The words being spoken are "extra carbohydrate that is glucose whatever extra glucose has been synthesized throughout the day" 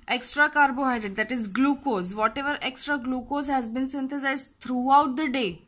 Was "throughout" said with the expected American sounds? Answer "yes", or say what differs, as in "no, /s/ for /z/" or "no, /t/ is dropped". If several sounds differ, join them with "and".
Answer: no, /t/ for /θ/